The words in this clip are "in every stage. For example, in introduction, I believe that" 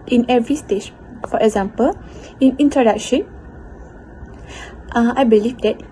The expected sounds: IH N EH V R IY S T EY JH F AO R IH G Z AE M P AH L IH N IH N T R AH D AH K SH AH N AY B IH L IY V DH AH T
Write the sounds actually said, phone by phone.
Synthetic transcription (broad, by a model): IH N EH V R IY S T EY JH F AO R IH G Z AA M P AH L IH N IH N T AH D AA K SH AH N AY B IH L IY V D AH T